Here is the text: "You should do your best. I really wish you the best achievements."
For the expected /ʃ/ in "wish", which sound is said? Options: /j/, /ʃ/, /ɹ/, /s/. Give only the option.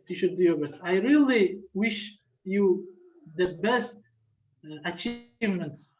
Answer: /ʃ/